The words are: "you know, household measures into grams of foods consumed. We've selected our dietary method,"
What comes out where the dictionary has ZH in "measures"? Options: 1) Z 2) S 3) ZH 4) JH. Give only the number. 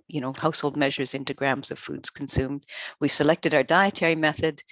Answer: 3